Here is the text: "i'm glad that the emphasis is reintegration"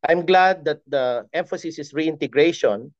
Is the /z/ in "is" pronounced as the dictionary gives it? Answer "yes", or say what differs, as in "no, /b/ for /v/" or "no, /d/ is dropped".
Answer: no, /s/ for /z/